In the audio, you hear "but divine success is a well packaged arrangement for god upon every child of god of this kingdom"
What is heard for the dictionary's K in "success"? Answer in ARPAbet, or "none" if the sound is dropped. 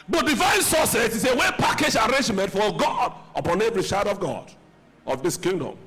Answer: none